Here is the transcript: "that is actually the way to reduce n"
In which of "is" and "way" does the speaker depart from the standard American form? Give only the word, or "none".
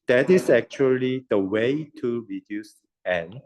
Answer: is